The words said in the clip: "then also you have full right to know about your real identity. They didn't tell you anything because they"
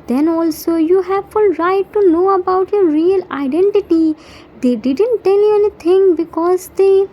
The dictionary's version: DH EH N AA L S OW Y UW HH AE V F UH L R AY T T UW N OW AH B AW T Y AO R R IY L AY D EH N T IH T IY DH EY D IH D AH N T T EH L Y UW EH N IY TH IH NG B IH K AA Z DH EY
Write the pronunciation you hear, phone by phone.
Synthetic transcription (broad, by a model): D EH N AA L S OW Y UW HH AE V F UH L R AY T T UW N OW AH B AW T Y AO R R IY L AY D EH N T IH T IY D EY D IH D AH N T T EH L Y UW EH N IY T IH NG B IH K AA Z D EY